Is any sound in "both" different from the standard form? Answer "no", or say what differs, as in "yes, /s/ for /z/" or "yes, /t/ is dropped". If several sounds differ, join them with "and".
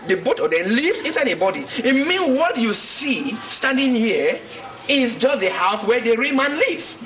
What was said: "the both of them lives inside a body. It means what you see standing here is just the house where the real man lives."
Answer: yes, /t/ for /θ/